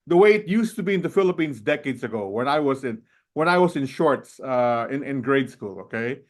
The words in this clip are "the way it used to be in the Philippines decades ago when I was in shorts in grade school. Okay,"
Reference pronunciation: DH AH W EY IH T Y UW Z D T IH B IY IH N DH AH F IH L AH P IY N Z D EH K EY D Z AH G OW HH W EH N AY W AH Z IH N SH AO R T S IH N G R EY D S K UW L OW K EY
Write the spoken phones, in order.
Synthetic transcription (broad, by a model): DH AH W EY IH T Y UW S T IH B IY IH N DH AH F IH L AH P IY N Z D EH K EY D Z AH G OW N W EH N AY W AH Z IH N SH AO R T S IH N G R EY D S K UW L OW K EY